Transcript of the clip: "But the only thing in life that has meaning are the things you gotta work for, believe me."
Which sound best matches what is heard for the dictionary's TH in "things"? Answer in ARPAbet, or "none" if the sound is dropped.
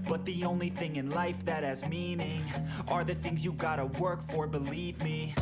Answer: TH